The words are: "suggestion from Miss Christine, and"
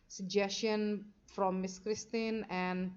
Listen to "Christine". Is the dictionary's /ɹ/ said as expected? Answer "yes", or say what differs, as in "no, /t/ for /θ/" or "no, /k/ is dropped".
yes